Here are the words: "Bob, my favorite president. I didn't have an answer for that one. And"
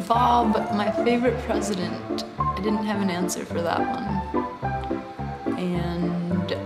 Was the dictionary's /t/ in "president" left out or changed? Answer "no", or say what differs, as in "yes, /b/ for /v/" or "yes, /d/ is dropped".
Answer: no